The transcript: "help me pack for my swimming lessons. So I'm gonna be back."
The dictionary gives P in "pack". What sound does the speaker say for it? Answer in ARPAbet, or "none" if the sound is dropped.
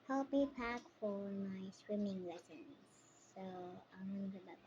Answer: P